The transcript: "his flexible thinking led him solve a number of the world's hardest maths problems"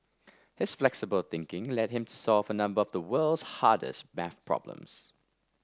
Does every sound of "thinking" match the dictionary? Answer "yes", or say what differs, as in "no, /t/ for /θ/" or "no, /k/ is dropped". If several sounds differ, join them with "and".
yes